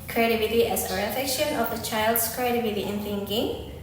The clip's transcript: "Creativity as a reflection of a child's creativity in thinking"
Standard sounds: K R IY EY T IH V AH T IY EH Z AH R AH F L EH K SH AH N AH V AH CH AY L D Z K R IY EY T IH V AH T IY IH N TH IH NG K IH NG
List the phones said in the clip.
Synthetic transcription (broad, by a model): K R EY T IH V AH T IY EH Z AH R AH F EH K SH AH N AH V AH CH AY L D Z K R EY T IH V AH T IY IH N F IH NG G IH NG